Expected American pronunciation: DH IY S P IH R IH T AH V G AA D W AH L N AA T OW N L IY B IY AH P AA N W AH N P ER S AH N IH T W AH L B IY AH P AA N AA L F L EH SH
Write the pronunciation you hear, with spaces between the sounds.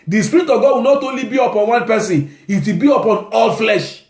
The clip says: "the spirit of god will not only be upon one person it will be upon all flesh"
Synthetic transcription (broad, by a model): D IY S P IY R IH T AH V G AA D W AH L N AA T OW N L IY B IY AH P AA N W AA N P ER S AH N IH T W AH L B IY AH P AA N AA L F L EH SH